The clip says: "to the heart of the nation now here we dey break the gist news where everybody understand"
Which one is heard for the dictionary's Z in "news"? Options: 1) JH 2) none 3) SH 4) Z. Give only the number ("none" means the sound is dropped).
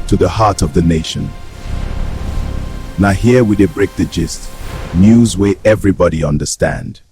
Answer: 4